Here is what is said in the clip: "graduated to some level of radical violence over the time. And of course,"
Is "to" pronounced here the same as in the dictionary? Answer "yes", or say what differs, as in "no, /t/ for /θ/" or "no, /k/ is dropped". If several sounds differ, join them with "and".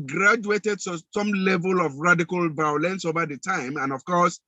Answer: no, /s/ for /t/